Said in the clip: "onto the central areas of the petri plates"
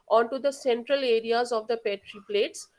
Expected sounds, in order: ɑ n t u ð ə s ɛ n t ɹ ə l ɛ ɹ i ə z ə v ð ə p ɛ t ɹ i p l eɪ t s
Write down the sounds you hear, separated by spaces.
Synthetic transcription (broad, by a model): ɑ n t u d ə s ɛ n t ɹ ə l ɛ ɹ i ə z ə v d ə p ɛ t ɹ i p l eɪ t s